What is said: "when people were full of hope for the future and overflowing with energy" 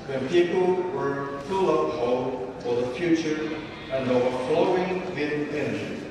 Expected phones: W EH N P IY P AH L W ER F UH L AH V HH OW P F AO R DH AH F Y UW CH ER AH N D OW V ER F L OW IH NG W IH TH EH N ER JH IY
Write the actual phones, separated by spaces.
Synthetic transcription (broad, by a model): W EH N P IY P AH L W ER F UH L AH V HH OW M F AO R DH AH F Y UW CH ER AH N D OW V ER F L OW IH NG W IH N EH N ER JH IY